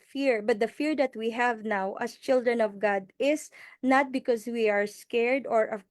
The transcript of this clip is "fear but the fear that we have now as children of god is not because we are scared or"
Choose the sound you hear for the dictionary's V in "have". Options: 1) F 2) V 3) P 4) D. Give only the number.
2